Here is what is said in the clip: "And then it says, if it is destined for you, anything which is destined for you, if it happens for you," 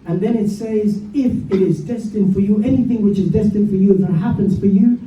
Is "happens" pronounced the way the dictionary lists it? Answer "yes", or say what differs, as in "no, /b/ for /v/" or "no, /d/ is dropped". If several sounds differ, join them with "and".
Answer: yes